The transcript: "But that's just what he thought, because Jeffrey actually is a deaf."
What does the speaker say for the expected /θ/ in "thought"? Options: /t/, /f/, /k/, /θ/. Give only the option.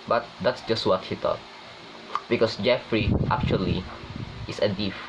/t/